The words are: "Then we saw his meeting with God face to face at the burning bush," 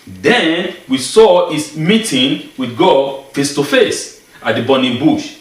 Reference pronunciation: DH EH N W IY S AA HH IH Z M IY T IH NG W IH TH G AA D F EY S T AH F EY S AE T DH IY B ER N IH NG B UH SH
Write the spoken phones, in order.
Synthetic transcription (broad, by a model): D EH N W IY S AA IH S M IY T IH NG W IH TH G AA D F EY S T AH F EY S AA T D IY B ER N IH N B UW SH